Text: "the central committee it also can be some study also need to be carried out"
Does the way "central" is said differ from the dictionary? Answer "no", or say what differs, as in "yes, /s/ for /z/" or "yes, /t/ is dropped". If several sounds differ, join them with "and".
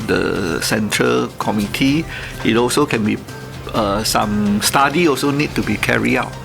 no